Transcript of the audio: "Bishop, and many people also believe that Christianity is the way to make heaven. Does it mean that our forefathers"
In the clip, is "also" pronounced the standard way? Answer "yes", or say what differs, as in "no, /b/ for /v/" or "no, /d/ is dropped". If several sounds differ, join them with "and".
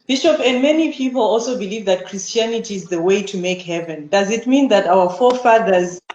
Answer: yes